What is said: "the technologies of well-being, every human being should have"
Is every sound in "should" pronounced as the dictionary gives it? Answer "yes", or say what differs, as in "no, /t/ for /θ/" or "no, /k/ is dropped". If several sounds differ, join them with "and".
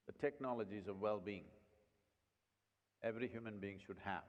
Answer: yes